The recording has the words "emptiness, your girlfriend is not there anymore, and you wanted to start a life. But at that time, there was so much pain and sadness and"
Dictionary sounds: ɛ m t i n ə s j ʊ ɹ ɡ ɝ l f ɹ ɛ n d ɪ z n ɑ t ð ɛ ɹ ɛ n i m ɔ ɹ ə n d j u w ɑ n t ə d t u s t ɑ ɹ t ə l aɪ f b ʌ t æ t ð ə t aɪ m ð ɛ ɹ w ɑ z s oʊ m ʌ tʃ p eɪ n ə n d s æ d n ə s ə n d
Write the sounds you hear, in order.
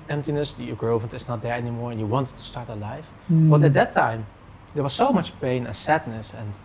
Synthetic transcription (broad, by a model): ɛ m t i n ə s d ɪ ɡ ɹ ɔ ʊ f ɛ n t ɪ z n ɑ t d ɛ ɹ ɛ n i m ɔ ɹ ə n j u w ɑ n t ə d t u s t ɑ ɹ t ə l aɪ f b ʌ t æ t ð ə t aɪ m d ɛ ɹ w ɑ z s oʊ m ʌ tʃ p eɪ n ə n s æ d n ə s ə n